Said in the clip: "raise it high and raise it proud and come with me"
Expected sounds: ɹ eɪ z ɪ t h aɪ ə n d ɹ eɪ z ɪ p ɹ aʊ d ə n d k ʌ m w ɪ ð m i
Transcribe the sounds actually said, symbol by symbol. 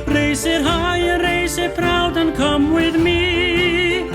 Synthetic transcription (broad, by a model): ɹ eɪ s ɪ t h aɪ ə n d ɹ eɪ s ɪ f ɹ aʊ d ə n k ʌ m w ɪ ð m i